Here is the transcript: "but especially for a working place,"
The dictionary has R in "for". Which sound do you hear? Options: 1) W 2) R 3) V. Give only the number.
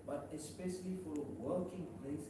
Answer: 1